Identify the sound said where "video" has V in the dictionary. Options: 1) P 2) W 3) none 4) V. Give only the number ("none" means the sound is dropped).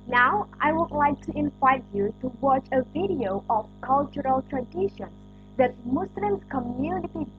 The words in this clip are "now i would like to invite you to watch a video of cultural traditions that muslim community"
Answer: 4